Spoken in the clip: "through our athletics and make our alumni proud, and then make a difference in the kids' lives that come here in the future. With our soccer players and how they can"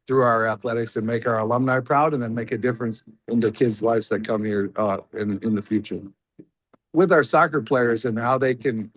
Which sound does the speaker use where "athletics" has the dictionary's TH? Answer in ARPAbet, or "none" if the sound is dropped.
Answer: TH